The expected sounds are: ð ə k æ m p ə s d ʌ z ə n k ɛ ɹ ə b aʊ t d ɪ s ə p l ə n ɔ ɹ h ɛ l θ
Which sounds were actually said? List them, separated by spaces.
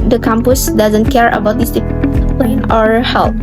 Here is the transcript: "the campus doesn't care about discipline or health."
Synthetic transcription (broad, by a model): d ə k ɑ m p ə s d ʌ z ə n k ɛ ɹ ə b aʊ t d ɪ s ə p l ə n ɔ ɹ h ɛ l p